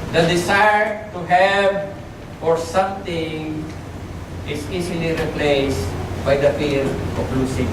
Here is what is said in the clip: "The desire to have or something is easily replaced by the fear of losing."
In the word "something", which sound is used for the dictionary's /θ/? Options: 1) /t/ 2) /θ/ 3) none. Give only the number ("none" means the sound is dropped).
1